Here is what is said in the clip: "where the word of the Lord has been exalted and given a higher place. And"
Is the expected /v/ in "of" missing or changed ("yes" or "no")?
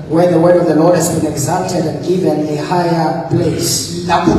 no